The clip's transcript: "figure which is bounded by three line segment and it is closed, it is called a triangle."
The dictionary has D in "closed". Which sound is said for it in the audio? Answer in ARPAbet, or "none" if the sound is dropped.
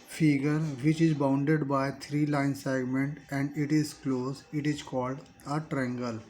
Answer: none